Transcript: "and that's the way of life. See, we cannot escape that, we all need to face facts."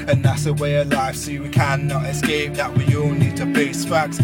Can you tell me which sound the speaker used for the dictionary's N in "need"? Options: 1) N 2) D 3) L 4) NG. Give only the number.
1